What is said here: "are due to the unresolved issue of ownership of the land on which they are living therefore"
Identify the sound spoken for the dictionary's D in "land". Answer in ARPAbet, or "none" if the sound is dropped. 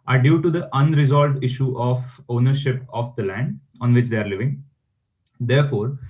D